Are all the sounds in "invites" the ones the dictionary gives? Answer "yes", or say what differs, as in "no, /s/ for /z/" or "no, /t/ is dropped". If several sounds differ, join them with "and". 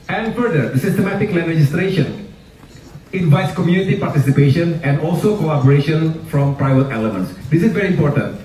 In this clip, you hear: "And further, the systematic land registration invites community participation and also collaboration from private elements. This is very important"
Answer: yes